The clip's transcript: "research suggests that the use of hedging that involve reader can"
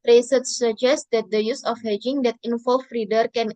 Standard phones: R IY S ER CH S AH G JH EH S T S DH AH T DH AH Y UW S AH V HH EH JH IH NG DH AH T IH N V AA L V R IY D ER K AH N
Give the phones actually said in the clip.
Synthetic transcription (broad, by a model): R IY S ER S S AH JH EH S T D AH T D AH Y UW S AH F HH EH JH IH NG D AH T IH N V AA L F R IY D ER K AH N